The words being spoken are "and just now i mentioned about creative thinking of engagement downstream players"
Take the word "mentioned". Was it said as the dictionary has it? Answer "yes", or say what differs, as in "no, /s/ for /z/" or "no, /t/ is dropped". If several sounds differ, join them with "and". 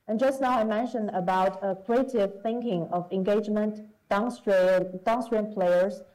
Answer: yes